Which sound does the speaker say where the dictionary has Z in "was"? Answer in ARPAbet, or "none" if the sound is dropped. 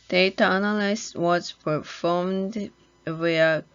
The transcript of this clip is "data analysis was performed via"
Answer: S